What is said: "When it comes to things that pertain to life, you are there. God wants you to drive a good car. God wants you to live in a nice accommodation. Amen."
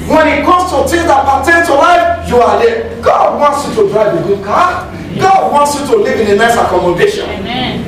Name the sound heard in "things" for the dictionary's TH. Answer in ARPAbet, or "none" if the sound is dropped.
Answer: T